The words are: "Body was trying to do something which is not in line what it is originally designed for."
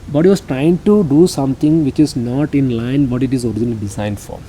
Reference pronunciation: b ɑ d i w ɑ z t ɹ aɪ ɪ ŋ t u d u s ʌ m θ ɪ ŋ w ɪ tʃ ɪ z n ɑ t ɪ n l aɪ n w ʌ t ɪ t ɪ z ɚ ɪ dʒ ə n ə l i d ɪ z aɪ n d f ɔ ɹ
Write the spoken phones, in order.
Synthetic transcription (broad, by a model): b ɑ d i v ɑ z t ɹ aɪ ɪ ŋ t u d u s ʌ m t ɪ ŋ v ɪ tʃ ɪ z n ɑ t ɪ n l aɪ n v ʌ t ɪ t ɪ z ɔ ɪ dʒ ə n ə l i d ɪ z aɪ n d f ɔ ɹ